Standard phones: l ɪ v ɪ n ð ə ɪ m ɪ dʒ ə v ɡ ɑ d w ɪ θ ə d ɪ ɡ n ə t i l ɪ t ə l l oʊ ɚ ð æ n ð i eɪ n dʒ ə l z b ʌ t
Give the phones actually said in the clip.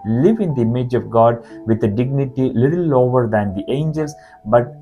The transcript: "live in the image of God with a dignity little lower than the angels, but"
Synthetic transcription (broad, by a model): l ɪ v ɪ n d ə ɪ m ɪ dʒ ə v ɡ ɑ d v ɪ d ə d ɪ ɡ n ə t i l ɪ t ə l l oʊ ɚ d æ n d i eɪ n dʒ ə l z b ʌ t